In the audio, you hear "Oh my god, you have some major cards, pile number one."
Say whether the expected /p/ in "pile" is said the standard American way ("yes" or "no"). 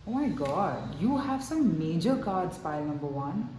no